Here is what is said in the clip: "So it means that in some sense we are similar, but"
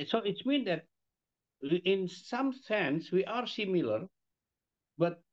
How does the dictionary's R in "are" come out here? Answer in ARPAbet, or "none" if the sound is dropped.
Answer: R